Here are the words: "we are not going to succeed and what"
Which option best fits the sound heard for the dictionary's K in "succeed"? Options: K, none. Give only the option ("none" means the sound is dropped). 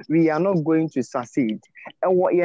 none